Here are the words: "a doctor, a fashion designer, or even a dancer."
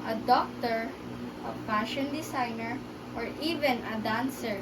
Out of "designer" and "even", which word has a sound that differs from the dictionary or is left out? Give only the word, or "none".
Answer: designer